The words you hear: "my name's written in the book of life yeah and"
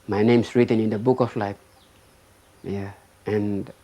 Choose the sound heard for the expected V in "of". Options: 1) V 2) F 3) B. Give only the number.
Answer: 2